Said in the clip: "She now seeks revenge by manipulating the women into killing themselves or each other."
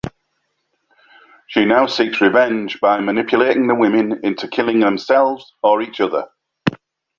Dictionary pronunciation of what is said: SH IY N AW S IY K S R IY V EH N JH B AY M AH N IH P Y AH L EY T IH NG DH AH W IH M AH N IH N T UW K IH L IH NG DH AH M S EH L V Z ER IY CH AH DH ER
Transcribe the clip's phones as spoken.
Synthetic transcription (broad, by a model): SH IY N AW S IY K S R IY V EH N JH B AY M AH N IH P Y AH L EY T IH NG DH AH W IH M AH N IH N T UW K IH L IH NG DH AH M S EH L V Z ER IY CH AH DH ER